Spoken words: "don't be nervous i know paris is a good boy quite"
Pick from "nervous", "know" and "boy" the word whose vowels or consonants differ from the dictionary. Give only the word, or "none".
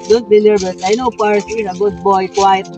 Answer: nervous